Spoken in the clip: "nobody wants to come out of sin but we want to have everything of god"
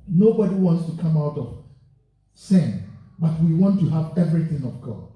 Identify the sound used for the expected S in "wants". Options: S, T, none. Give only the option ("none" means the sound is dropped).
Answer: S